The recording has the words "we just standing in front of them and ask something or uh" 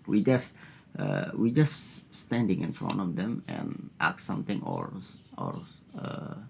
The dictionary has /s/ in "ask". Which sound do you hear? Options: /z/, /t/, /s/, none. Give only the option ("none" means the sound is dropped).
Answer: none